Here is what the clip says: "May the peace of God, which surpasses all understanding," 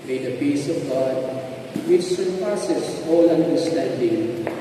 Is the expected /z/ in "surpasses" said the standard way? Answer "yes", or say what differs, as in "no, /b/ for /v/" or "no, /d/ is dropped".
no, /s/ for /z/